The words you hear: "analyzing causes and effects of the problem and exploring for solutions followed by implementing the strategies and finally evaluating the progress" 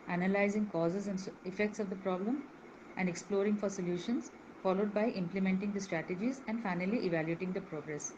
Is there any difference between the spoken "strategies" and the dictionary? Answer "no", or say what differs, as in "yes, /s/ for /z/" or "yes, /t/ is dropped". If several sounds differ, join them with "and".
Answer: no